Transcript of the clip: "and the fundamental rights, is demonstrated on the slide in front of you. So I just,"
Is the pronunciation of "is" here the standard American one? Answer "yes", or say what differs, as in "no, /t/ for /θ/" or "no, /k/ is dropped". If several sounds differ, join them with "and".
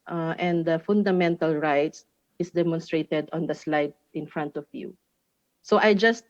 no, /s/ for /z/